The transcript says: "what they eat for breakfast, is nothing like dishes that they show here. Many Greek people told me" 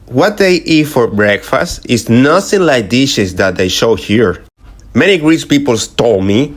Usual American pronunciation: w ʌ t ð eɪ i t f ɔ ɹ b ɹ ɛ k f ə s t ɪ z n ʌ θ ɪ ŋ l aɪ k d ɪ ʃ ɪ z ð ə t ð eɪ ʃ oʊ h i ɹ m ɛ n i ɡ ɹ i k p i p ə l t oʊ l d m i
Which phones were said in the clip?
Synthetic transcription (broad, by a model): w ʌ t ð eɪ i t f ɔ ɹ b ɹ ɛ k f ə s t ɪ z n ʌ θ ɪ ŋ l aɪ k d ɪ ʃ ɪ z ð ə t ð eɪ ʃ oʊ h i ɹ m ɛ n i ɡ ɹ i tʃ p i p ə l t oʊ m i